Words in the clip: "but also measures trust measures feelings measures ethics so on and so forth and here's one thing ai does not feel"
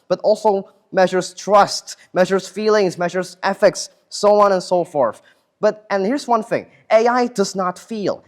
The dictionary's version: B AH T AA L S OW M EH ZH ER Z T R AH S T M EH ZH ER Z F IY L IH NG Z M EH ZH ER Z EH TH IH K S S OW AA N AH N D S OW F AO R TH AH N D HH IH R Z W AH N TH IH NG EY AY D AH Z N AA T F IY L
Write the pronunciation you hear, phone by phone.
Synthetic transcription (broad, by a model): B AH T AA L S OW M EH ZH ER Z T R AH S T M EH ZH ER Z F IY L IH NG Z M EH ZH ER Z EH F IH K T S OW AA N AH N S OW F AO R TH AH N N HH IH R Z W AH N TH IH NG EY AY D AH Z N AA T F IY L